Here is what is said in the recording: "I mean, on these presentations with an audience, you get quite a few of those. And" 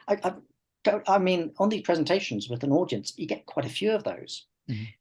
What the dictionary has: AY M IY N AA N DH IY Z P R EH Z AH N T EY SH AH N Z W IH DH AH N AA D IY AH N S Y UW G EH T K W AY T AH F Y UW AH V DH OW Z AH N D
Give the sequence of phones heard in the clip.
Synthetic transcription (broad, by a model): AY M IY N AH N DH IY Z P R EH Z AH N T EY SH AH N Z W IH DH AH N AA D IY AH N S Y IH G EH T K W AY T AH F Y UW AH V DH OW AH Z